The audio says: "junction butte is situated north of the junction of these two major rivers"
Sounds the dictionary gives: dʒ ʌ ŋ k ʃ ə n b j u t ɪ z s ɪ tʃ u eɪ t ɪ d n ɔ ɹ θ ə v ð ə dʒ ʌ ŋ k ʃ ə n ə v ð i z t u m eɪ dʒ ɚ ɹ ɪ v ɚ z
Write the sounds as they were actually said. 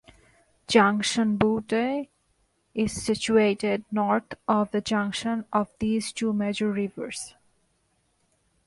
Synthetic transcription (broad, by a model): dʒ ʌ ŋ k ʃ ə n b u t ɪ z s ɪ tʃ u eɪ t ɪ d n ɔ ɹ t ə v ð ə dʒ ʌ ŋ k ʃ ə n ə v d i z t u m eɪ dʒ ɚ ɹ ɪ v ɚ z